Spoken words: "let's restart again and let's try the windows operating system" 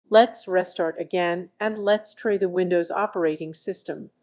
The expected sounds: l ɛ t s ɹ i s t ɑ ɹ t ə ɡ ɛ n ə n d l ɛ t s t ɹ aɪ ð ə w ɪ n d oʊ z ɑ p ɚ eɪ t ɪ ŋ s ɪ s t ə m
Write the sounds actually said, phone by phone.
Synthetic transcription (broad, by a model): l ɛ t s ɹ i s t ɑ ɹ t ə ɡ ɛ n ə n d l ɛ t s t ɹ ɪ ð ə w ɪ n d oʊ z ɑ p ɚ eɪ t ɪ ŋ s ɪ s t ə m